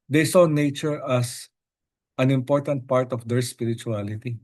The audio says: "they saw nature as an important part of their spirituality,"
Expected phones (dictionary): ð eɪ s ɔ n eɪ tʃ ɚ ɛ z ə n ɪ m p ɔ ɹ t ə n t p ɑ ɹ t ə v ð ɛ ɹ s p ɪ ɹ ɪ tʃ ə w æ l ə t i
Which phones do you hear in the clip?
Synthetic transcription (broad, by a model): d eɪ s ɔ n eɪ tʃ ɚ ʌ s ə n ɪ m p ɔ ɹ t ə n t p ɑ ɹ t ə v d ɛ ɹ s p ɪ ɹ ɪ tʃ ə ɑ l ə t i